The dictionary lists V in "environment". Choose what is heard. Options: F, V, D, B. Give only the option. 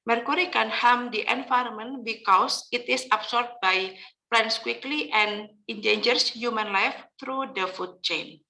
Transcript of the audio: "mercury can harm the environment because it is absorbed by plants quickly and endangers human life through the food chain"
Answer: F